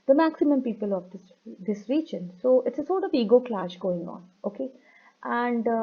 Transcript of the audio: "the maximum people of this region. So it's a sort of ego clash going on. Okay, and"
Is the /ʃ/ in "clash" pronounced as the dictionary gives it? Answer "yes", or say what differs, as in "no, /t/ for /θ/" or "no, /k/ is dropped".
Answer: yes